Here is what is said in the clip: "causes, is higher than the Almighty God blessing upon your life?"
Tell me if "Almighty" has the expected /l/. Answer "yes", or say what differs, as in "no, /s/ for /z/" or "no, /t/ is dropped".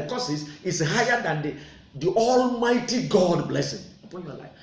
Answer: yes